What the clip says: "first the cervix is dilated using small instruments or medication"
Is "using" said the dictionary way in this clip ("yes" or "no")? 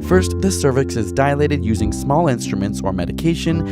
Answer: yes